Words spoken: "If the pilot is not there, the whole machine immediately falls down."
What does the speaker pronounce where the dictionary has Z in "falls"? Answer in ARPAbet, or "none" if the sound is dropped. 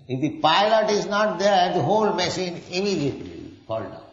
none